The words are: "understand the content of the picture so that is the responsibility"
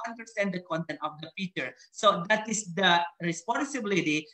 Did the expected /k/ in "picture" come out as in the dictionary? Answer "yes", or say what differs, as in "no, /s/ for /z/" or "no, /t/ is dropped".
no, /k/ is dropped